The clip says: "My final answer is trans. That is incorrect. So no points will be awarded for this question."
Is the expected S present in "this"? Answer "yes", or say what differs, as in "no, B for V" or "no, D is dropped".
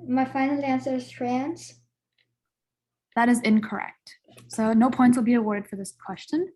yes